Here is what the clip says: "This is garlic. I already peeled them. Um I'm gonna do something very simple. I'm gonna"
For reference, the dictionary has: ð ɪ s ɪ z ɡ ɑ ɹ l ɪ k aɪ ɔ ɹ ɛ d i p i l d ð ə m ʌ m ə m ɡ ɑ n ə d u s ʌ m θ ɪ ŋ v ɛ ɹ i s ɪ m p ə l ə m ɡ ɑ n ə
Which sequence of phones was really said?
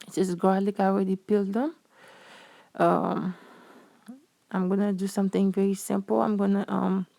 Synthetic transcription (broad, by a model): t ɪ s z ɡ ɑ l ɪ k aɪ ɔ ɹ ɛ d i p i l d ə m ʌ m ə m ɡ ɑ n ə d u s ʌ m t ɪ ŋ v ɛ ɹ i s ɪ m p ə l ə m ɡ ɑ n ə